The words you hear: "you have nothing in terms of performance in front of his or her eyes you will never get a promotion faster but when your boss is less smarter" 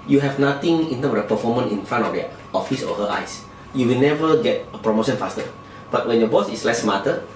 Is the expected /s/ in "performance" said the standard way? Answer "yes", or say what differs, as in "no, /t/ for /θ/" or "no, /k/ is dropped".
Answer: no, /s/ is dropped